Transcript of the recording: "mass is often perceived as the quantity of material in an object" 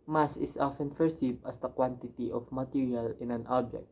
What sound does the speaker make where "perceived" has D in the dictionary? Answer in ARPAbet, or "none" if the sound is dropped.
none